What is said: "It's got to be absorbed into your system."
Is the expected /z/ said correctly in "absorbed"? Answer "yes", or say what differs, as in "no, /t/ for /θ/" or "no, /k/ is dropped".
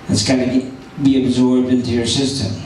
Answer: yes